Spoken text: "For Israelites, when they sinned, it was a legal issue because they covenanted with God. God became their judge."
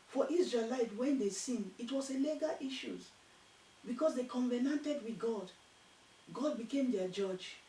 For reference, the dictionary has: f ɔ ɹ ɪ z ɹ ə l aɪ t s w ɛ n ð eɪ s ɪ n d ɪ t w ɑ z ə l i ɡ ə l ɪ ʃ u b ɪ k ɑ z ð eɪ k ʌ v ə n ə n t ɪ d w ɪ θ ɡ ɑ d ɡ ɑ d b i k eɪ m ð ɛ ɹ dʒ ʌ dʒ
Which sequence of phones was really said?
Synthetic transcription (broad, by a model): f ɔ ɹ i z ɹ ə l aɪ t w ɛ n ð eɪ s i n ɪ t w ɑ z ə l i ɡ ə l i ʃ u b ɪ k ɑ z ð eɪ k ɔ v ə n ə n t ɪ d w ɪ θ ɡ ɑ d ɡ ɑ d b i k eɪ m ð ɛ dʒ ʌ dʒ